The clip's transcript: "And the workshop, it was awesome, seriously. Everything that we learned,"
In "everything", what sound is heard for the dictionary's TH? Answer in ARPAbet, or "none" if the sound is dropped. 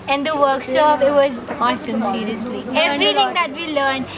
T